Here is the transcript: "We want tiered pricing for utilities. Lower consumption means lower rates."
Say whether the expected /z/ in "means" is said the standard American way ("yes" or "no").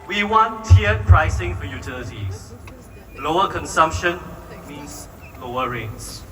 no